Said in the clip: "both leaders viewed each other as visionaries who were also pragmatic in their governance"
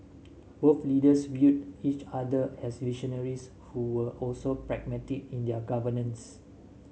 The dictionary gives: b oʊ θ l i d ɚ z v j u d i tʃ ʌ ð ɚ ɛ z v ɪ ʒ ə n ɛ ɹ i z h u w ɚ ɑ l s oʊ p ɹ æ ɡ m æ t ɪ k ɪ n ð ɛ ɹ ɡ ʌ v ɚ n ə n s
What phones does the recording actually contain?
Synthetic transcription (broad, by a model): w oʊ f l i d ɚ s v j u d i tʃ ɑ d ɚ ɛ s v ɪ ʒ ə n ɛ ɹ i s h u w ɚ ɑ l s oʊ p ɹ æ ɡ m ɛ t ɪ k ɪ n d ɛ ɡ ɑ v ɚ n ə n s